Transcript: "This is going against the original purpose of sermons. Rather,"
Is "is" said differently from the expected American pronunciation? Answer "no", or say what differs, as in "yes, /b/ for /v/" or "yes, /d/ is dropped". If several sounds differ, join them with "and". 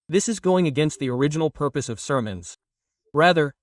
no